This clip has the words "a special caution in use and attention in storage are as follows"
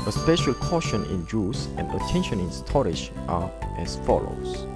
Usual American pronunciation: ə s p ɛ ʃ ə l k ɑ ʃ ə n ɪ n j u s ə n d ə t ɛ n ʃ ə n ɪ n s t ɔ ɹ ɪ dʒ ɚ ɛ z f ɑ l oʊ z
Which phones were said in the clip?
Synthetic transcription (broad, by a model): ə s p ɛ ʃ ə l k ɑ ʃ ə n ɪ n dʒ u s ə n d ə t ɛ n ʃ ə n ɪ n s t ɔ ɹ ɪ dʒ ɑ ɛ s f ɑ l oʊ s